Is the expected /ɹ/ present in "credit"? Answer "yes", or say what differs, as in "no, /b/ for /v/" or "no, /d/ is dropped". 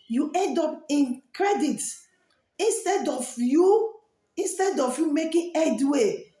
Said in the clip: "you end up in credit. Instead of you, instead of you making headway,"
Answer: yes